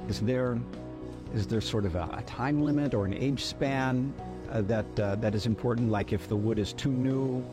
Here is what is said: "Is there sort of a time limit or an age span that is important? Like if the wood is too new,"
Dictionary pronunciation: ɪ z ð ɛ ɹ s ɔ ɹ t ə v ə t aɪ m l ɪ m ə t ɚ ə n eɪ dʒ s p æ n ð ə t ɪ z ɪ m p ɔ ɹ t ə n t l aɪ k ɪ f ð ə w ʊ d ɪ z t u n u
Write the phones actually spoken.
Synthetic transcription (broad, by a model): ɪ z ð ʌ ɹ s ɔ ɹ t ə v ə t aɪ m l ɪ m ə t ɚ ə n eɪ dʒ s p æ n ð ə t ɪ z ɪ m p ɔ ɹ t n t l aɪ k ɪ f ð ə w ʊ d ɪ z t u n u